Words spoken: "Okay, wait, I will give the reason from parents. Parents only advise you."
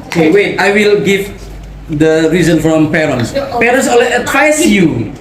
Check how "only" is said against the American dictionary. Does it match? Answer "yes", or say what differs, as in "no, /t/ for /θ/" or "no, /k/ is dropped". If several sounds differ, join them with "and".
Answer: no, /n/ is dropped